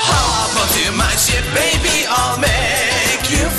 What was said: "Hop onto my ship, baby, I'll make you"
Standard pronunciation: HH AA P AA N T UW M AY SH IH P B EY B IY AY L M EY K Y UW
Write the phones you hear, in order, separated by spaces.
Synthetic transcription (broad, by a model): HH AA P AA T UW M AY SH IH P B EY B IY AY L M EY K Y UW